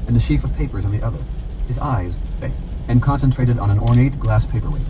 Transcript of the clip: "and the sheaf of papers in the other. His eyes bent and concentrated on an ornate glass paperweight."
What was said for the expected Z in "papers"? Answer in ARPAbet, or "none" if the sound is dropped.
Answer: Z